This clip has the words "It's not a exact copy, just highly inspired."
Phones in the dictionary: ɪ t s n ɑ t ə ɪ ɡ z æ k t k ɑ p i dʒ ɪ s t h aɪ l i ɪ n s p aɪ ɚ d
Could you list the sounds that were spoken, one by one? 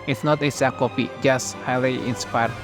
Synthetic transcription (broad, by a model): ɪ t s n ɑ t ə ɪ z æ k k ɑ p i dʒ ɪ s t h aɪ l i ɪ n s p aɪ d